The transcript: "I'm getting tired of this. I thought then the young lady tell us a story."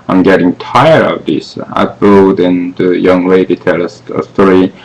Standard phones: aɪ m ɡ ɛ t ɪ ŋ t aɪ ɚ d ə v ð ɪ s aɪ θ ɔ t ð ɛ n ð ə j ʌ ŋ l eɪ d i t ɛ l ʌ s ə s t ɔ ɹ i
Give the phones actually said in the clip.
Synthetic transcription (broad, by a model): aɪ m ɡ ɛ t ɪ ŋ t aɪ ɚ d ə v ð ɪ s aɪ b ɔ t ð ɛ n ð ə j ʌ ŋ w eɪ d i t ɛ l ʌ s ə s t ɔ ɹ i